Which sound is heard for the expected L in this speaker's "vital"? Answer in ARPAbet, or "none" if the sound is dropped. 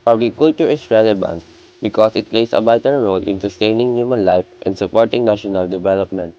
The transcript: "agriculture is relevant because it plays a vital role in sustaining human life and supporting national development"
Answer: N